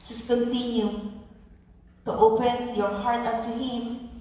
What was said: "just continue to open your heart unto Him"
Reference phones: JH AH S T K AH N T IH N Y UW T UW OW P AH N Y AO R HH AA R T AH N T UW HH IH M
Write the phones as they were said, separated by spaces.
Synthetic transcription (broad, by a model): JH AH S K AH N T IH N Y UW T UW OW P AH N Y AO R HH AA R T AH T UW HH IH M